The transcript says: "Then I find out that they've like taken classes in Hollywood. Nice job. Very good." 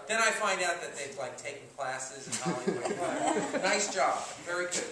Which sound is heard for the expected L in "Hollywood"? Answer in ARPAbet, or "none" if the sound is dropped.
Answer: none